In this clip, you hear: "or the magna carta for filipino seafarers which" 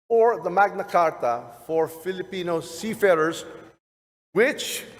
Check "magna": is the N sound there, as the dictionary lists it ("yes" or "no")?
yes